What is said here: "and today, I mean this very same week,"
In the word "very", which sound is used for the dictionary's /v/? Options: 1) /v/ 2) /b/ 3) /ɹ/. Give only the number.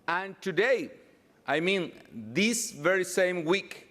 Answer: 1